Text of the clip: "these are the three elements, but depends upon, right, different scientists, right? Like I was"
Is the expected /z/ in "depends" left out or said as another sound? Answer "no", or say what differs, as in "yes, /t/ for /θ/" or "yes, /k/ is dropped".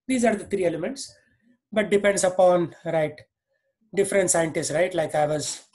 yes, /s/ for /z/